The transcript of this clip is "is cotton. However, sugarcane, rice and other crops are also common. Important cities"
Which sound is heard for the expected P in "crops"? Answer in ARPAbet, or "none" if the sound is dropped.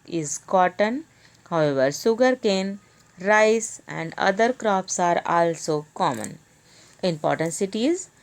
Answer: P